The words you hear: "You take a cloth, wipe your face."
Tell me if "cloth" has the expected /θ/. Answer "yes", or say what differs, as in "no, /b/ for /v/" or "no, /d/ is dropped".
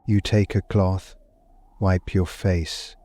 yes